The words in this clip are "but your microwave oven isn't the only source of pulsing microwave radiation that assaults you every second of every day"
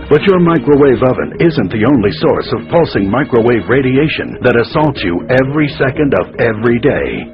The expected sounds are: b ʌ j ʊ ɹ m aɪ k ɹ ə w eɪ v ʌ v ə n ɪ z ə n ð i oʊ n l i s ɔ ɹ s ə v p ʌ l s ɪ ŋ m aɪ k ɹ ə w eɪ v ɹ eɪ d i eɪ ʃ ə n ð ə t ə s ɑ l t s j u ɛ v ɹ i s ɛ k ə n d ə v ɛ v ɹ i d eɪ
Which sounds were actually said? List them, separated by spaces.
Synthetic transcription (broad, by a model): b ʌ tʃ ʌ ɹ m aɪ k ɹ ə w eɪ v ʌ v ə n ɪ z ə n ð i oʊ n l i s ɔ ɹ s ə v p ʌ l s ɪ ŋ m aɪ k ɹ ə w eɪ v ɹ eɪ d i eɪ ʃ ə n ð ə t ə s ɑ l t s j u ɛ v ɹ i s ɛ k ə n d ə v ɛ v ɹ i d eɪ